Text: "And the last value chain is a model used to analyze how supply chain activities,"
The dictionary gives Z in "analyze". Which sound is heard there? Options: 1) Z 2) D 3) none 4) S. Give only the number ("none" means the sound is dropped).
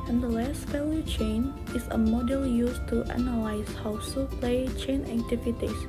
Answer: 4